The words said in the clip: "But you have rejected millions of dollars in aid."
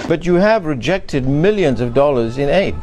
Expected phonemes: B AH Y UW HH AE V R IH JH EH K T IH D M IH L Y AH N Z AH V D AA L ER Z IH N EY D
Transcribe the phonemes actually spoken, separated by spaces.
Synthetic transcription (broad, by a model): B AH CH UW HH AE V R IH JH EH K T IH D M IH L Y AH N Z AH V D AA L ER Z IH N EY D